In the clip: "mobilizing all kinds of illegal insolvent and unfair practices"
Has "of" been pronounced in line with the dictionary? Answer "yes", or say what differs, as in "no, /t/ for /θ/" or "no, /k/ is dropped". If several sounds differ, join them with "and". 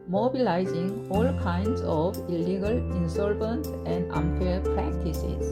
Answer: no, /b/ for /v/